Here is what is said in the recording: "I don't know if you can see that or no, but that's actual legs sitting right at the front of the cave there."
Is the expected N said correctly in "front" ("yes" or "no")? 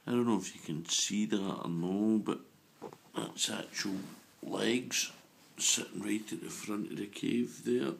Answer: yes